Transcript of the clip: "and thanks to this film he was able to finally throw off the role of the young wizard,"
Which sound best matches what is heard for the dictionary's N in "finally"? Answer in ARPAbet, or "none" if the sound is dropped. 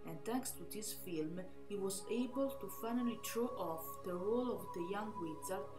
N